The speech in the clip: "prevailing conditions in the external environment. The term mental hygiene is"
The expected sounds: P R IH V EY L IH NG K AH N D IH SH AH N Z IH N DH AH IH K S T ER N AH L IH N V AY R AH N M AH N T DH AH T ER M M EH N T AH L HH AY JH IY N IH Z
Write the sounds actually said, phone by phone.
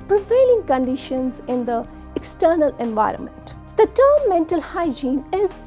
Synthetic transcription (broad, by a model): P R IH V EY L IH NG K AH N D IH SH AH N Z IH N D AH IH K S T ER N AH L IH N V AY R AH N M AH N T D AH T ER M M EH N T AH L HH AY JH IY N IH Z